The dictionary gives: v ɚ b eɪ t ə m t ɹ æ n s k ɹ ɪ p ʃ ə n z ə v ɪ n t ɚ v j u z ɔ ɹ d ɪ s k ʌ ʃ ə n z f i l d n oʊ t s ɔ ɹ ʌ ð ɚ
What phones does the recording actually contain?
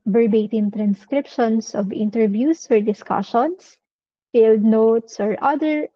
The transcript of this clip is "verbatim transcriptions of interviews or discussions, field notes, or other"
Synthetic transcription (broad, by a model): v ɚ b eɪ t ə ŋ t ɹ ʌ n s k ɹ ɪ p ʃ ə n s ə v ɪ n t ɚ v j u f ɔ ɹ d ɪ s k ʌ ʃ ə n s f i l d n oʊ t s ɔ ɹ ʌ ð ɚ